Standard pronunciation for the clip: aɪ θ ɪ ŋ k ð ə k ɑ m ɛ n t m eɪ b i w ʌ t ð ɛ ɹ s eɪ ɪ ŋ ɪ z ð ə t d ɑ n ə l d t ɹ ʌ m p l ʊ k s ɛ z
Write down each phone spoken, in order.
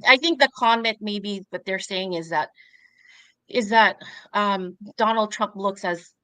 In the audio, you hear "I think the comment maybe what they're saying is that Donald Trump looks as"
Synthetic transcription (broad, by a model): aɪ θ ɪ ŋ k ð ə k ɑ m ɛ n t m eɪ b i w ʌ t ð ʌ ɹ s eɪ ɪ ŋ ɪ z ð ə t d ɑ n l d t ɹ ʌ m p l ʊ k s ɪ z